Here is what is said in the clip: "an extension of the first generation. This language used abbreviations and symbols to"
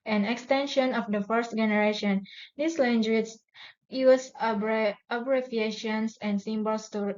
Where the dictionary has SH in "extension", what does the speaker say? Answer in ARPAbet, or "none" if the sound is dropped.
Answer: SH